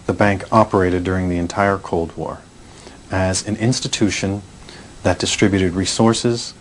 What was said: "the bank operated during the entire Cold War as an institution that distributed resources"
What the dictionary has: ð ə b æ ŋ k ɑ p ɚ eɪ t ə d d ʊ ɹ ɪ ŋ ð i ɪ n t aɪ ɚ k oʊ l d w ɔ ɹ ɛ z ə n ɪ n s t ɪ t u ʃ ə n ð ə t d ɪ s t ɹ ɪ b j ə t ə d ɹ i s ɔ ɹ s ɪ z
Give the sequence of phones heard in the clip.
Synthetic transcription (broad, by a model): ð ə b æ ŋ k ɑ p ɚ eɪ t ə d d ʊ ɹ ɪ ŋ ð i ɪ n t aɪ ɚ k oʊ l d w ɔ ɹ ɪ z ə n ɪ n s t ɪ t u ʃ ə n ð ə t d ɪ s t ɹ ɪ b j ə t ə d ɹ i s ɔ ɹ s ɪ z